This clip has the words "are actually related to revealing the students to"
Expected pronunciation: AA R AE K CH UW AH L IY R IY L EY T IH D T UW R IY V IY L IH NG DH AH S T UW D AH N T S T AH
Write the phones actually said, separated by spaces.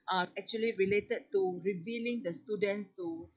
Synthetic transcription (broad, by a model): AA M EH K CH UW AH L IY R IY L EY T IH D T UW R IY V IY L IH NG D AH S T UW D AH N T S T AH